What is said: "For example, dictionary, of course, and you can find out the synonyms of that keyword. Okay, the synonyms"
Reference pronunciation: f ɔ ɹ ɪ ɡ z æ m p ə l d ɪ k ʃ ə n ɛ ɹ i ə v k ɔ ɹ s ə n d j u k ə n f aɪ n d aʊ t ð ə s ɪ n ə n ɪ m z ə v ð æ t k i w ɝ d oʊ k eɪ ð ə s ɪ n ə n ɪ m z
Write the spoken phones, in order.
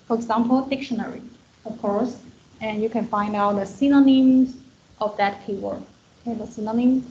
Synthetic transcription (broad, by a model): f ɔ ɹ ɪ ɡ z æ m p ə l d ɪ k ʃ ə n ɛ ɹ i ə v k ɔ ɹ s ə n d j u k ə n f aɪ n d aʊ t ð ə s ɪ n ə n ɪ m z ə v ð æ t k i w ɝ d oʊ k eɪ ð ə s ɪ n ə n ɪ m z